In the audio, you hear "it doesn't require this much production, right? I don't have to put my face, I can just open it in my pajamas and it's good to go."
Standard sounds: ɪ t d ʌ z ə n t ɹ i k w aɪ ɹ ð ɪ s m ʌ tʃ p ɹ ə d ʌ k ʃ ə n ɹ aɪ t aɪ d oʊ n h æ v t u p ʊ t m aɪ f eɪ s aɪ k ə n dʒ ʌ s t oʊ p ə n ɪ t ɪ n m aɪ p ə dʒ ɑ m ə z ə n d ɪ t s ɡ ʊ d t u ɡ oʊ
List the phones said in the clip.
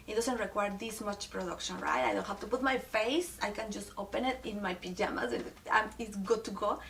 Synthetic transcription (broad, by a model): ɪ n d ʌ s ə n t ɹ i k w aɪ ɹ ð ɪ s m ʌ tʃ p ɹ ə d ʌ k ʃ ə n ɹ aɪ t aɪ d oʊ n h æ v t u p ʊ t m aɪ f eɪ s aɪ k ə n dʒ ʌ s t oʊ p ə n ɪ t ɪ n m aɪ p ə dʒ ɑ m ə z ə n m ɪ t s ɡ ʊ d t u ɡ oʊ